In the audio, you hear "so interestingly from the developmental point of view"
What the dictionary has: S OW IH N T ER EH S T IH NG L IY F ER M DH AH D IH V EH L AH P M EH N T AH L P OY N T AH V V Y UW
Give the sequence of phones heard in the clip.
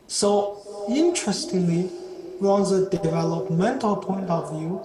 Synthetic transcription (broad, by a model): S OW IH N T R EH S T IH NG L IY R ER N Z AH D IH V EH L AH P M EH N T AH L P OY N T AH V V Y UW